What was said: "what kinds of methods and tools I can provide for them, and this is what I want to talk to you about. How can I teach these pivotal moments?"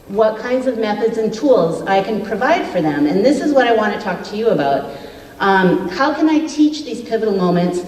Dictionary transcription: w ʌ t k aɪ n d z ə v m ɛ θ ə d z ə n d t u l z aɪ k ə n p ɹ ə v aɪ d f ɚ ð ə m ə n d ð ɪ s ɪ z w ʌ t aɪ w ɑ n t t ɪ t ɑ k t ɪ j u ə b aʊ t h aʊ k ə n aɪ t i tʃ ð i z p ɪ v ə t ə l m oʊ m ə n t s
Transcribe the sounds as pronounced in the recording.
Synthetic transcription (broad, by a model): w ʌ t k aɪ n d z ə v m ɛ θ ə d z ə n t u l z aɪ k ə n p ɹ ə v aɪ d f ɚ ð ə m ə n ð ɪ s ɪ z w ʌ t aɪ w ɑ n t t ɪ t ɑ k t ɪ j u ə b aʊ t h aʊ k ə n aɪ t i tʃ ð i z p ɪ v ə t l m oʊ m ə n t s